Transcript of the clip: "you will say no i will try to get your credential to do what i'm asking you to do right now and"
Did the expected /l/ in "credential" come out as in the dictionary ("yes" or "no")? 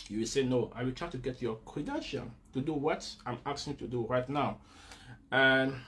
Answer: no